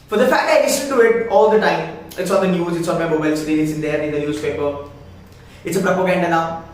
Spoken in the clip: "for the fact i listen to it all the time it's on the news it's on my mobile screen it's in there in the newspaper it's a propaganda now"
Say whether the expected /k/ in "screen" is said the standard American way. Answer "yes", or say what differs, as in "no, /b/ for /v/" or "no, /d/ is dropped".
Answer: no, /k/ is dropped